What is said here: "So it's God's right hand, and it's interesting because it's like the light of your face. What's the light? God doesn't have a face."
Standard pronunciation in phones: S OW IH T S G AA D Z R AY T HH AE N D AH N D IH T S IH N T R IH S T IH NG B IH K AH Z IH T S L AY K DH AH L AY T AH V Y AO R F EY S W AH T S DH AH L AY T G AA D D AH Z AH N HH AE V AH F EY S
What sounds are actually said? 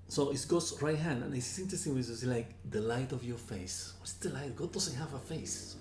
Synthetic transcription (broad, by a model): S OW IH T S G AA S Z R AY T HH AE N D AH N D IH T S IH N T R IH S T IH NG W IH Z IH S L AY K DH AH L AY T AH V Y AO R F EY S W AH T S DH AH L AY T G AA D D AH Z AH HH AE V AH F EY S